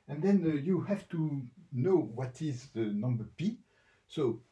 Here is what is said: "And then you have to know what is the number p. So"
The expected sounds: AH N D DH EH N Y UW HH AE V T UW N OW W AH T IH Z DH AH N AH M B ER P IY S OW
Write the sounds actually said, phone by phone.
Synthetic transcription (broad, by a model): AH N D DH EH N Y UW HH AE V T UW N OW W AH T IH Z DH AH N AH M B ER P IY S OW